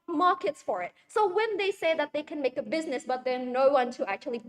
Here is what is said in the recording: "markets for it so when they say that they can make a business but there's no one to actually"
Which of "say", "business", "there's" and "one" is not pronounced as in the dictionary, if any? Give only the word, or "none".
there's